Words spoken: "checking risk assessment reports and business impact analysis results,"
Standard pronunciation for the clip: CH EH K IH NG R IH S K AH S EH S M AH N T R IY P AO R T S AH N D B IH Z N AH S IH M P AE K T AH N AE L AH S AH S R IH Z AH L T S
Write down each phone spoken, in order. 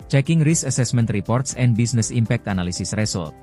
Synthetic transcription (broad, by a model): CH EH K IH NG R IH S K AH S EH S M AH N T R IY P AO R T S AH N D B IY S N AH S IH M P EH K T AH N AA L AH S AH S R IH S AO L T